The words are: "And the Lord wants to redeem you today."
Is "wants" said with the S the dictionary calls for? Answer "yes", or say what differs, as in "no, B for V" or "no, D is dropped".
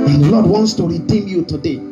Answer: yes